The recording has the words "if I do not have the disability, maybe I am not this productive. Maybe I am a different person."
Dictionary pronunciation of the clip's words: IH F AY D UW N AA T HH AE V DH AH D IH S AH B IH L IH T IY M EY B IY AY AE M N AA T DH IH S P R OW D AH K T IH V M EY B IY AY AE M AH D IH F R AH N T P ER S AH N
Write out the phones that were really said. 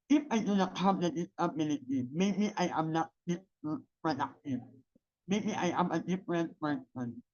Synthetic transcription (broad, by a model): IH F AY D UW N AA T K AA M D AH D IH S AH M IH N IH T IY M EY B IY AY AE M N AA T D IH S P R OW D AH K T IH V M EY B IY AY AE M AH D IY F R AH N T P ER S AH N